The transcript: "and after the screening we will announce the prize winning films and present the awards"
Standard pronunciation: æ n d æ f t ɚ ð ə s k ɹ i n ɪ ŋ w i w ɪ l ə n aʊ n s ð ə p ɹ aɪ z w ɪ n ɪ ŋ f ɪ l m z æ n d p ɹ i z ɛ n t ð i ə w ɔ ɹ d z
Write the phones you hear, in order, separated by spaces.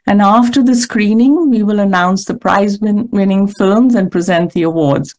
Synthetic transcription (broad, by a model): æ n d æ f t ɚ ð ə s k ɹ i n ɪ ŋ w i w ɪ l ə n aʊ n s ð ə p ɹ aɪ z w ɪ n ɪ ŋ f ɪ l m z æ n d p ɹ i z ɛ n t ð i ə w ɔ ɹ d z